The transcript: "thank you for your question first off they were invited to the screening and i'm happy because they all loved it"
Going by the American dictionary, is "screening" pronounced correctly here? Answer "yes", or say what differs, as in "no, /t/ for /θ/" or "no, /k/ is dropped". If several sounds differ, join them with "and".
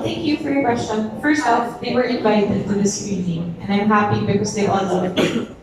no, /k/ is dropped